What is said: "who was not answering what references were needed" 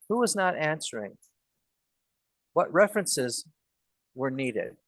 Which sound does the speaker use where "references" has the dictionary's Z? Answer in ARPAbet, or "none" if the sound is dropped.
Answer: Z